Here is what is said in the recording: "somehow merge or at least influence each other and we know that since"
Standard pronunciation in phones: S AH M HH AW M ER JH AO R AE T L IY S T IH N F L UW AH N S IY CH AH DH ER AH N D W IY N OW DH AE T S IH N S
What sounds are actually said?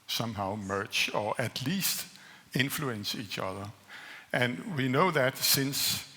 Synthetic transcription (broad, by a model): S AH M HH AW M ER CH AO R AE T L IY S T IH N F L UW AH N S IY CH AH DH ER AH N W IY N OW DH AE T S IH N S